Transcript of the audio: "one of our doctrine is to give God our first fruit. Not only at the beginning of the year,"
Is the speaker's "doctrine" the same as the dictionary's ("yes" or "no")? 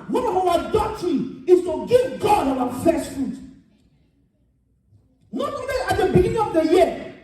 no